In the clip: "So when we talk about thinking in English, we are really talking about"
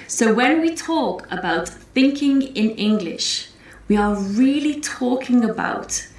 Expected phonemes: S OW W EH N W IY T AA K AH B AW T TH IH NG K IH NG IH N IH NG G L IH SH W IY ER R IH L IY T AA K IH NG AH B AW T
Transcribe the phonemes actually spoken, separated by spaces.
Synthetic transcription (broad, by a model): S OW W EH N W IY T AA K AH B AW T TH IH NG K IH NG IH N IH NG G L IH SH W IY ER R IH L IY T AA K IH NG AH B AW T